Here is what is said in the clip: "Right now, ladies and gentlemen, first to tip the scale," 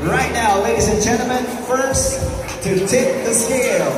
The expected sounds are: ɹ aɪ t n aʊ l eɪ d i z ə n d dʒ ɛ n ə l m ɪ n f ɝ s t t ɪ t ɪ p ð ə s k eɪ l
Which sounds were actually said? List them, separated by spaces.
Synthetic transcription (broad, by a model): ɹ aɪ t n aʊ l eɪ d i z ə n dʒ ɛ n l m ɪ n f ɝ s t t ɪ t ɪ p ð ə s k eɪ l